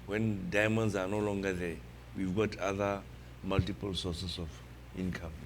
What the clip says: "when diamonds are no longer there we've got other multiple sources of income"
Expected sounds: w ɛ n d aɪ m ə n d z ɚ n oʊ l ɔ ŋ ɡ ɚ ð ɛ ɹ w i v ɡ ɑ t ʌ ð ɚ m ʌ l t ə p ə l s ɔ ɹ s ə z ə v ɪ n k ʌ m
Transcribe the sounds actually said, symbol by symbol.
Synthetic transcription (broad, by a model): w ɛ n d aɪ m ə n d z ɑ n oʊ l ɔ ŋ ɡ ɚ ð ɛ w i v ɡ ɑ t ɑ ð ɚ m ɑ l t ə p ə l s ɔ s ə s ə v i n k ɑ m